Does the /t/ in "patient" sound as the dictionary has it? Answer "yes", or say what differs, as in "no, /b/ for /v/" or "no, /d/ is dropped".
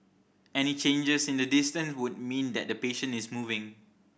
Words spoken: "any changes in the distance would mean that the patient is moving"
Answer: no, /t/ is dropped